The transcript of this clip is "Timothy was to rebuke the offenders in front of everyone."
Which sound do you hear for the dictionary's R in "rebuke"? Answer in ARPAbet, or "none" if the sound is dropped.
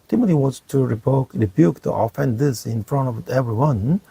R